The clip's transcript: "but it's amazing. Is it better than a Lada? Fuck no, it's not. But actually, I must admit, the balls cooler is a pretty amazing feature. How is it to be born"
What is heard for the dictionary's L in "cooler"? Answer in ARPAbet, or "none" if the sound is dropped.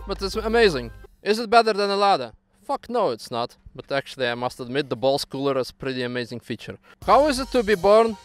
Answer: L